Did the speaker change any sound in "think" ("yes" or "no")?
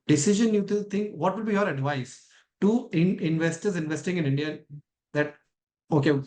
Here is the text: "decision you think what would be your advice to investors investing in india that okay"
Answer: yes